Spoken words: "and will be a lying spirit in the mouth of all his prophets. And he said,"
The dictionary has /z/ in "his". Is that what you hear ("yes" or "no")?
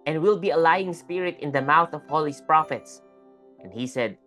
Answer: no